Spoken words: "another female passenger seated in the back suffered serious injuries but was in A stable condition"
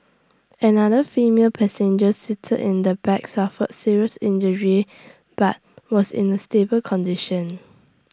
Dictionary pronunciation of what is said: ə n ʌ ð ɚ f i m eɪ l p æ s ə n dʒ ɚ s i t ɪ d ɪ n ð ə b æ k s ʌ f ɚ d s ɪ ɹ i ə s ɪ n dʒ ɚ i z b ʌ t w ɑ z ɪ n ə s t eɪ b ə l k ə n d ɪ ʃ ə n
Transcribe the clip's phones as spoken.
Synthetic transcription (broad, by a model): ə n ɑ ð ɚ f i m eɪ l p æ s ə n dʒ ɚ s i t ɪ d ɪ n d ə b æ k s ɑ f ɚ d s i ɹ i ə s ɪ n dʒ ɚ i b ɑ t w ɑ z ɪ n ə s t eɪ b ə l k ə n d ɪ ʃ ə n